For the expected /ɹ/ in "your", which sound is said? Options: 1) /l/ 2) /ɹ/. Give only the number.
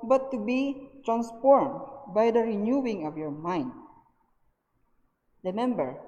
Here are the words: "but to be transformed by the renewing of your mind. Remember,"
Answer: 2